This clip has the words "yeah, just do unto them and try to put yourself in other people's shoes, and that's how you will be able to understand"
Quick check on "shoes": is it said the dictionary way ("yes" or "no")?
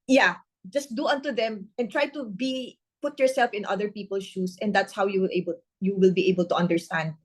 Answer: no